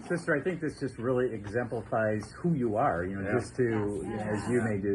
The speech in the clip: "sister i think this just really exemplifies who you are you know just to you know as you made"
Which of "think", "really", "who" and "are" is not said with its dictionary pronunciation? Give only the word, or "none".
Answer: none